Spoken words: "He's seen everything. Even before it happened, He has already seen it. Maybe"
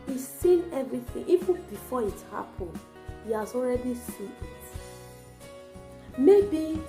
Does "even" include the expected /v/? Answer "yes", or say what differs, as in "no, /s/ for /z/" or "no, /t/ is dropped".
no, /f/ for /v/